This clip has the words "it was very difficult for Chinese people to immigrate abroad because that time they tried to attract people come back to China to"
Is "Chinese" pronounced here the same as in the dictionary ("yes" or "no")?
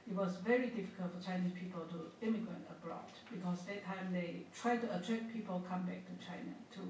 no